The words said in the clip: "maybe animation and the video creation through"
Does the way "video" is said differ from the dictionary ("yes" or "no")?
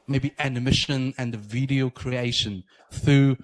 no